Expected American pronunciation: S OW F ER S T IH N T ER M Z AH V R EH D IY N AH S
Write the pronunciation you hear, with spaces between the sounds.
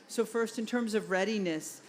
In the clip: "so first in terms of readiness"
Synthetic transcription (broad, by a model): S OW F ER S T IH N T ER M Z AH V R EH D IY N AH S